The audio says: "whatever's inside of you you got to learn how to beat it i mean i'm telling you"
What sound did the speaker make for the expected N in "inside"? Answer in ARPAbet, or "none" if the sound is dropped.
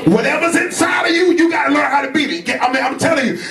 N